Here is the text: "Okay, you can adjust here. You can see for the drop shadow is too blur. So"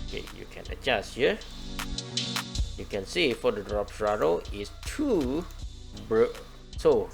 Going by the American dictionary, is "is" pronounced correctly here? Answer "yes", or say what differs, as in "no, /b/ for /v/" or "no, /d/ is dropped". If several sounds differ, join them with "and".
no, /s/ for /z/